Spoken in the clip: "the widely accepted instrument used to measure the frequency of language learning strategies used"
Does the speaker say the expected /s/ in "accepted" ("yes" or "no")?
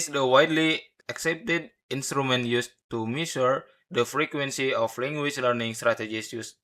yes